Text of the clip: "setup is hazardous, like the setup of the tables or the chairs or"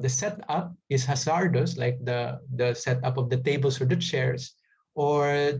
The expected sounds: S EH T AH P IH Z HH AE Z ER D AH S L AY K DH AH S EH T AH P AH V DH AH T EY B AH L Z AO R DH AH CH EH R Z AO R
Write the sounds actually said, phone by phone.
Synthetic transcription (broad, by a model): S EH T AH P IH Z HH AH S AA D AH S L AY K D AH S EH T AH P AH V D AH T EY B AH L S AO R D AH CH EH R S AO R